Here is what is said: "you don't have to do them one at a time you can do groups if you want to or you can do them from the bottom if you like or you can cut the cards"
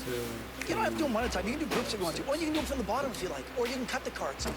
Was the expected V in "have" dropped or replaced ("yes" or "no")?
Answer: yes